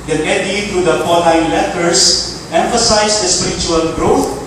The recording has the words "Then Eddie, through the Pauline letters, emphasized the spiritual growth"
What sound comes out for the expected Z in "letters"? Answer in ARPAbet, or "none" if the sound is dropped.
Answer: S